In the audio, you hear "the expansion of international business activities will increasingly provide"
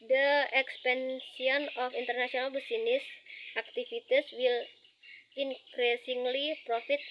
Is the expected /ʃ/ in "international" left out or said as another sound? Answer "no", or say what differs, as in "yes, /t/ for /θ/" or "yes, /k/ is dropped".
yes, /s/ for /ʃ/